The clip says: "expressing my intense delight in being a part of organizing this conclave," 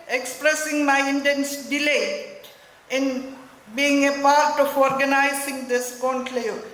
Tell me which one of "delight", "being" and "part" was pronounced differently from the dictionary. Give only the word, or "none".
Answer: delight